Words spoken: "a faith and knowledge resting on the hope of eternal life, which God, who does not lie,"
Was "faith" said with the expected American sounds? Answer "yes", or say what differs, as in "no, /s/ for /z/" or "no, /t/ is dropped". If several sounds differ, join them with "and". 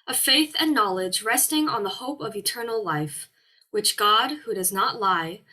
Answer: yes